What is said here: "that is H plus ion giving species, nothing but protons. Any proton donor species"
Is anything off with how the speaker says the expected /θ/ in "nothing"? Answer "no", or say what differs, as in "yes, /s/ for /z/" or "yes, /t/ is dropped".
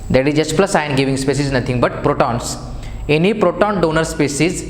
yes, /t/ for /θ/